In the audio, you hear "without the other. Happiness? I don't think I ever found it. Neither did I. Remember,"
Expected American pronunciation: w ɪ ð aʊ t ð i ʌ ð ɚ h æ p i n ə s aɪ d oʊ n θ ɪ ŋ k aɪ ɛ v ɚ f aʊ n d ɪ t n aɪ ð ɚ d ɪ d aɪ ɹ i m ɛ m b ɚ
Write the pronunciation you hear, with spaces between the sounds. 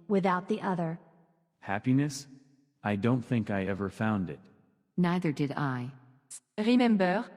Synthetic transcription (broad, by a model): w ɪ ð aʊ t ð i ʌ ð ɚ h æ p i n ə s aɪ d oʊ n θ ɪ ŋ k aɪ ɛ v ɚ f aʊ n d ɪ t n aɪ ð ɚ d ɪ d aɪ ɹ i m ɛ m b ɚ